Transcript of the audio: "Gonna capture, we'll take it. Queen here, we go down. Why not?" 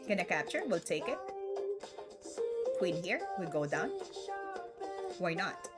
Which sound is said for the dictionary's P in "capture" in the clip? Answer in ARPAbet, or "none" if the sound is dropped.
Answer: P